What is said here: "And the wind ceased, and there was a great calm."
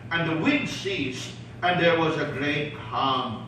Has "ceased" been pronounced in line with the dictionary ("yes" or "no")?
yes